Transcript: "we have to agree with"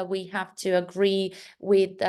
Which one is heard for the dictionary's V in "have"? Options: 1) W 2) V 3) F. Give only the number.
3